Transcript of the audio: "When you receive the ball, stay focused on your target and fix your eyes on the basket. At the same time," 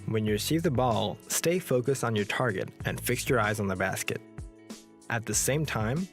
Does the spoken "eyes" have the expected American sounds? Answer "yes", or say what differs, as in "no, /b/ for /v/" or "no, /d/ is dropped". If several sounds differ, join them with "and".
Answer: yes